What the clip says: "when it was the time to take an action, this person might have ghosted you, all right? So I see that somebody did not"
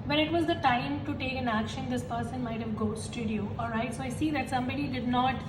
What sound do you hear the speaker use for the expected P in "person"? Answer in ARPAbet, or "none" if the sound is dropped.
P